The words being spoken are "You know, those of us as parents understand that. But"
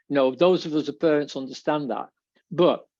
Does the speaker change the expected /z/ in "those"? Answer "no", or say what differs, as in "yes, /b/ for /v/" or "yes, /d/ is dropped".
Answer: no